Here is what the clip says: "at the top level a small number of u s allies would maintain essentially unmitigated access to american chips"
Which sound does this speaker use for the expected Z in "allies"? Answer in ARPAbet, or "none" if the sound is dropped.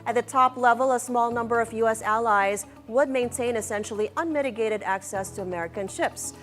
Z